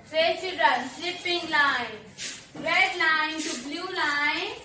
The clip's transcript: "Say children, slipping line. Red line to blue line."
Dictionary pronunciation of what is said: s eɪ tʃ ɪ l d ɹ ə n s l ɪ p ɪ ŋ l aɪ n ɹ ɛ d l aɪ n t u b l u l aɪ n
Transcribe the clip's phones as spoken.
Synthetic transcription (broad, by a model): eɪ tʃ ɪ d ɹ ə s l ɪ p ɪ ŋ l aɪ n ɹ ɛ d l aɪ n t u b l u l aɪ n